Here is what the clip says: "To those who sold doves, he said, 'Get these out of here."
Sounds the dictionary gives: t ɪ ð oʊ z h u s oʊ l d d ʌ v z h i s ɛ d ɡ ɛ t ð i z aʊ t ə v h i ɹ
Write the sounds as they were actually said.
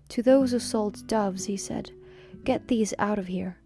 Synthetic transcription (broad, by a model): t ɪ ð oʊ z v s oʊ l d d ʌ v z h i s ɛ d ɡ ɛ t ð i z aʊ t ə v h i ɹ